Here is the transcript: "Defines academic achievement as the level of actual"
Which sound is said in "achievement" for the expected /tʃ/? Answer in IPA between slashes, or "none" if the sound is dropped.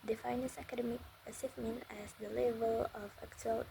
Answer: /s/